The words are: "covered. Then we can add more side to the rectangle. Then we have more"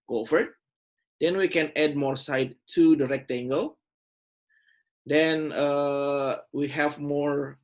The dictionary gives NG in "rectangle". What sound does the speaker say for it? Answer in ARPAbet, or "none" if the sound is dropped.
NG